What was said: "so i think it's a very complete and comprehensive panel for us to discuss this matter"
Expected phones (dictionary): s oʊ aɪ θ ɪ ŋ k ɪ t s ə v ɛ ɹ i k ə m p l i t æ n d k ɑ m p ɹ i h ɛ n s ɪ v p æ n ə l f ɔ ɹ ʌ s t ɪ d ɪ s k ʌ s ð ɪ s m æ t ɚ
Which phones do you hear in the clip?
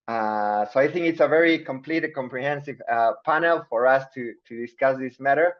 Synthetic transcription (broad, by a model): s oʊ aɪ θ ɪ ŋ k ɪ t s ə v ɛ ɹ i k ə m p l i t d k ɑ m p ɹ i h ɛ n s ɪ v p æ n ə l f ɔ ɹ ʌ s t ɪ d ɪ s k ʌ s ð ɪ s m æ t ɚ